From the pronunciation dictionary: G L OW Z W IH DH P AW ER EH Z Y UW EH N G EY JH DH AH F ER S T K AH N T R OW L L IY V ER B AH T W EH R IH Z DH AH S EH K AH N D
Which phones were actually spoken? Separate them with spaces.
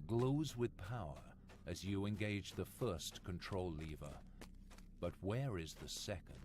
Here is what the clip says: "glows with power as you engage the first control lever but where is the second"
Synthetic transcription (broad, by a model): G L OW Z W IH DH P AW ER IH Z Y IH EH N G EY JH DH AH F ER S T K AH N T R OW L L IY V ER B AH T W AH R IH Z DH AH S EH K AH N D